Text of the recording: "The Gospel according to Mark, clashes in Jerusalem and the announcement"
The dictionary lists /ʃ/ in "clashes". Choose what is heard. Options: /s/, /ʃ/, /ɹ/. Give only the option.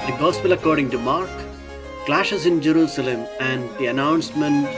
/ʃ/